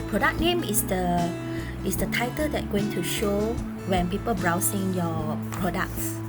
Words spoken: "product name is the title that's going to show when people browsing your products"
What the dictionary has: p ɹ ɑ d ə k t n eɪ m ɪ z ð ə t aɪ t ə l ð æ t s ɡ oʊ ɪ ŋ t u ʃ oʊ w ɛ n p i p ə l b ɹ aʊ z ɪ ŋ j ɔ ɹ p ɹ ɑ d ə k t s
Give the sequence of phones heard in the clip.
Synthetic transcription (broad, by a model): p ɹ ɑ d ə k n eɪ m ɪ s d ə t aɪ t ə l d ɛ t ɡ oʊ ɪ ŋ t u ʃ oʊ w ɛ n p i p ə l b ɹ aʊ s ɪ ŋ j ɔ p ɹ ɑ d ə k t s